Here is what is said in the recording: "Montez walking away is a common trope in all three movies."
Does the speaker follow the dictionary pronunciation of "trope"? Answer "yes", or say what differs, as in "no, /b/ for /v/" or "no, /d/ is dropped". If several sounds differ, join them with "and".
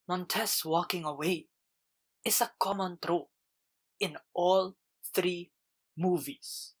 no, /p/ is dropped